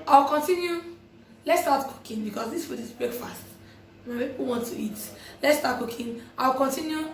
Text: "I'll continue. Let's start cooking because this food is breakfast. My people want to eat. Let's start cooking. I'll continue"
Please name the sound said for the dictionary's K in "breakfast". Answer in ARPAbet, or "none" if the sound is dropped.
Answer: none